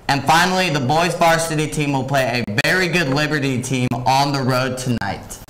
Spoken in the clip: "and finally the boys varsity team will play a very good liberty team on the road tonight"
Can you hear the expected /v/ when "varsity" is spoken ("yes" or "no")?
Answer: no